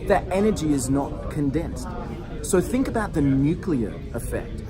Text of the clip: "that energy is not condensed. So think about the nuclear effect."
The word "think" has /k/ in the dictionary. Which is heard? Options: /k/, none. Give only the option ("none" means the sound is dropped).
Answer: /k/